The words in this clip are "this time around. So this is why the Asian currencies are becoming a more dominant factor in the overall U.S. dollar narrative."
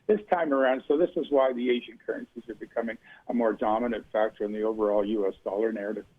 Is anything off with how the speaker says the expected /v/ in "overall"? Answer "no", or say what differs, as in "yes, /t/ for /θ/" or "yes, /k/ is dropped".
no